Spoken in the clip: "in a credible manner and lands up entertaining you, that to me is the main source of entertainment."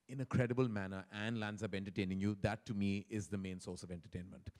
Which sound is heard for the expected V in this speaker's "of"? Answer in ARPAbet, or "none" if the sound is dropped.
V